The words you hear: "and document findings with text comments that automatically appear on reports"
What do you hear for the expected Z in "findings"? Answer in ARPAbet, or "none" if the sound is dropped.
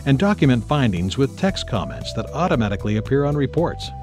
Z